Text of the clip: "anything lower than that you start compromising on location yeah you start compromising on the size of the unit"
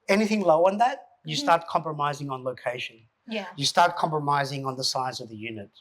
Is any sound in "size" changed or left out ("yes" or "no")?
no